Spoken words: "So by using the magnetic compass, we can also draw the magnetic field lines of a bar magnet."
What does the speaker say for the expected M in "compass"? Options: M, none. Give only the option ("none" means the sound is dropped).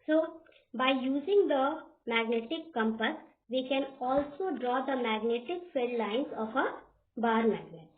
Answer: M